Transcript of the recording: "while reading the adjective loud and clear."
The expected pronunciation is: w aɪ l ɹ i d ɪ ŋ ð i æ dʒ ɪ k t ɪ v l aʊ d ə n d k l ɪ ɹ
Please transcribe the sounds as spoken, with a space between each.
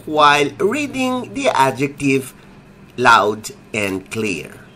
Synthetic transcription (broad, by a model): w aɪ l ɹ i d ɪ ŋ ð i æ dʒ ɪ k t ɪ v l aʊ d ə n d k l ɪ ɹ